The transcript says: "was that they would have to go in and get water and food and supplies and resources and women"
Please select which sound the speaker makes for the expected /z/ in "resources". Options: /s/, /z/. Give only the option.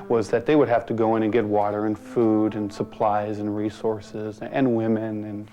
/z/